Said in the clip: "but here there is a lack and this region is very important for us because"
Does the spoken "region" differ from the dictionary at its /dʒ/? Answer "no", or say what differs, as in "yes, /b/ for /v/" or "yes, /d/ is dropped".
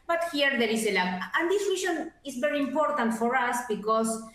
yes, /ʃ/ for /dʒ/